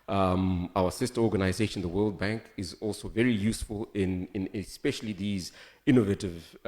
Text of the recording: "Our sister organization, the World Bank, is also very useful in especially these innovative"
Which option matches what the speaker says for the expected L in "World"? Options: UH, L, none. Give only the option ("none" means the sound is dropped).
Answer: L